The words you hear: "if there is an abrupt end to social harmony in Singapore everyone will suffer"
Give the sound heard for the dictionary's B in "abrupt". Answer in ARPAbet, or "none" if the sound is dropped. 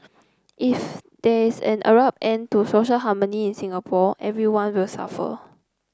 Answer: none